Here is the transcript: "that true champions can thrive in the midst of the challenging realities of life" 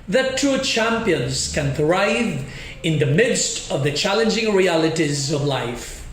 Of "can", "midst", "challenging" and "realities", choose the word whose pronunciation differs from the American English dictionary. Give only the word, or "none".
none